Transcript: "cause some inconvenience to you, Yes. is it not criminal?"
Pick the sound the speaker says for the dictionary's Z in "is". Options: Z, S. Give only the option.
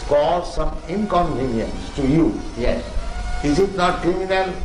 S